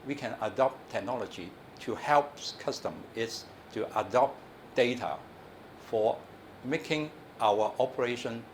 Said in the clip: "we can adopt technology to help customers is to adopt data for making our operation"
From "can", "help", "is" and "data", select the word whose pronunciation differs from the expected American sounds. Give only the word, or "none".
is